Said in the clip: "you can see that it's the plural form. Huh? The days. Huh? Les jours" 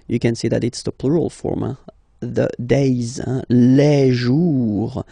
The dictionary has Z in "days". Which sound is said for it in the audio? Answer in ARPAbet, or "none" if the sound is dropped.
Z